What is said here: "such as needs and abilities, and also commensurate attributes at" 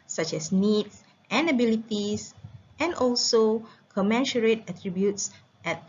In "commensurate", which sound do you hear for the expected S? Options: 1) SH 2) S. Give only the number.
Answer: 1